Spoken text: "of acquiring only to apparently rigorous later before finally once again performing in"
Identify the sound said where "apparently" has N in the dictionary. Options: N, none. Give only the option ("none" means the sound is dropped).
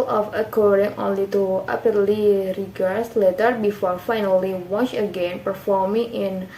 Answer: none